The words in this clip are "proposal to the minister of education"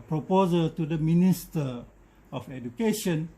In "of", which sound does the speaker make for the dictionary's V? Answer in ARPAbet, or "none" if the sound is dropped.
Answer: F